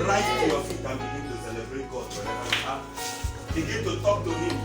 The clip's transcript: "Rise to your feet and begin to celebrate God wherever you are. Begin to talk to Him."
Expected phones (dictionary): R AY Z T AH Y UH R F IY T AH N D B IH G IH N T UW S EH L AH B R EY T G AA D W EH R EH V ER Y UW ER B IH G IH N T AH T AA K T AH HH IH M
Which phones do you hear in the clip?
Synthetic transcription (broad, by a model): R AY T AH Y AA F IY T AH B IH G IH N T UW S EH L AH B R EY T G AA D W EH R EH AA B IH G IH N T AH T AA K T AH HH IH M